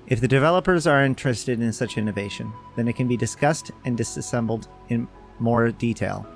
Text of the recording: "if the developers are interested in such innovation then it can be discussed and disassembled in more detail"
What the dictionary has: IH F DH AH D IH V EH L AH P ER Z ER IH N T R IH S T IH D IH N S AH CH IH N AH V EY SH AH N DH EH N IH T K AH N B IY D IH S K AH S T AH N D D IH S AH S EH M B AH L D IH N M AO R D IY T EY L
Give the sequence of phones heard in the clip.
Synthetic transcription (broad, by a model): IH F DH AH D IH V EH L AH P ER Z ER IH N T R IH S T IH D IH N S AH CH IH N AH V EY SH AH N DH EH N IH T K AH N B IY D IH S K AH S T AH N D D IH S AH S EH M B L D IH N M AO R D IY T EY L